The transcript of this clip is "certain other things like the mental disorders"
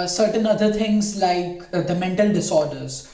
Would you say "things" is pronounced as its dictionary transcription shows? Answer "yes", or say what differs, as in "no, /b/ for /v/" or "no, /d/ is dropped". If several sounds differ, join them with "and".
no, /t/ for /θ/